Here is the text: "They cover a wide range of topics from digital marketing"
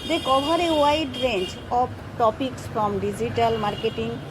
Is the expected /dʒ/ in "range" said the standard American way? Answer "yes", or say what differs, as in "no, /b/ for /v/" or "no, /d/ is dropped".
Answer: no, /tʃ/ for /dʒ/